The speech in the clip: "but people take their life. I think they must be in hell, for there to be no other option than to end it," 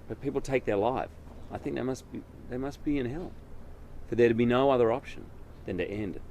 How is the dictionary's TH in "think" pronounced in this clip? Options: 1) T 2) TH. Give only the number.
2